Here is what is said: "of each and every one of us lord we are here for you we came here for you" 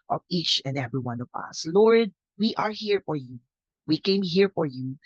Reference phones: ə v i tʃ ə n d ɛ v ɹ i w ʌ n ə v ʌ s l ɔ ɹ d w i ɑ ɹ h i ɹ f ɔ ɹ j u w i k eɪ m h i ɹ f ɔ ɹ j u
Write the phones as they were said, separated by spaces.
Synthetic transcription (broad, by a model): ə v i tʃ ə n d ɛ v ɹ i w ʌ n ə v ʌ s l ɔ ɹ d w i ɑ ɹ h i ɹ f ɔ ɹ j u w i k eɪ m h i ɹ f ɔ ɹ j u